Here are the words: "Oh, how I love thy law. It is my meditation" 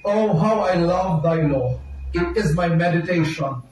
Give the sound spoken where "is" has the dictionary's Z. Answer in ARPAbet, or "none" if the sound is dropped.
Z